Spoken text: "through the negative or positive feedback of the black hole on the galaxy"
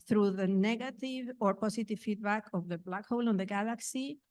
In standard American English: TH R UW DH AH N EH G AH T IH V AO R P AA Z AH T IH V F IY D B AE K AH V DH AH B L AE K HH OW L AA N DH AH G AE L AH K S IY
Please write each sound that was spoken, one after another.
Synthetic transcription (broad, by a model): TH R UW DH AH N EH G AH T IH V AO R P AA S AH T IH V F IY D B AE K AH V DH AH B L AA K HH OW L AA N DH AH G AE L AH K S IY